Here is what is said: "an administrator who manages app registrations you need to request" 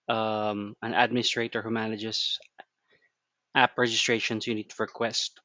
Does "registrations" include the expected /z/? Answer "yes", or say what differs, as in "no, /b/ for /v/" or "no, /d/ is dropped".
no, /s/ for /z/